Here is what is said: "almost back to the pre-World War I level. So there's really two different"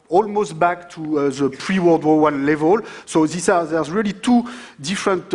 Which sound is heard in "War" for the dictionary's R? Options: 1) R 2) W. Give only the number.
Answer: 2